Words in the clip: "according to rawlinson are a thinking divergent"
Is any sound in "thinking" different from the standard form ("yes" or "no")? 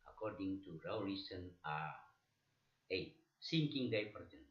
yes